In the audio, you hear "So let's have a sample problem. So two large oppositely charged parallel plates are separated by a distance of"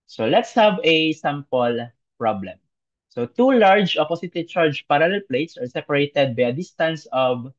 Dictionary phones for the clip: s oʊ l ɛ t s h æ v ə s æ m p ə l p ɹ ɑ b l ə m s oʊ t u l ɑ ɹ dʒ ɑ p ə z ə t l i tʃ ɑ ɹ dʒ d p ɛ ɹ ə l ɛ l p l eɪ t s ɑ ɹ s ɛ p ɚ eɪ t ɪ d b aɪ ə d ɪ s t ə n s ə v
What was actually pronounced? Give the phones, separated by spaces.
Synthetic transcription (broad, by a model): s oʊ l ɛ t s h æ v ə s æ m p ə l p ɹ ɑ b l ə m s oʊ t u l ɑ ɹ dʒ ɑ p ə s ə t i tʃ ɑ ɹ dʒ p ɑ ɹ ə l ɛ l p l eɪ t s ɑ ɹ s ɛ p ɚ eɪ t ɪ d b aɪ ə d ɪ s t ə n s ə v